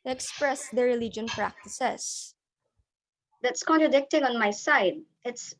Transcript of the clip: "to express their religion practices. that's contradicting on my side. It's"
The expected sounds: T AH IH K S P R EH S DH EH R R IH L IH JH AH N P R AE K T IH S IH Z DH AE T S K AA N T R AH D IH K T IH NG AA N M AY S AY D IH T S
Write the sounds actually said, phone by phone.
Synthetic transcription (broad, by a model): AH K S P R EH S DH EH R R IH L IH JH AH N P R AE K T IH S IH S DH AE T S K AA N T R AH D IH K T IH NG AA N M AY S AY D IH T S